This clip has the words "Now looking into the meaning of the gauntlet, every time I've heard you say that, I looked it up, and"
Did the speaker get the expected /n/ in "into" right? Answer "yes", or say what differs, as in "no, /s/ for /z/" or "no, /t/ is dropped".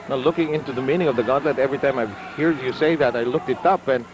yes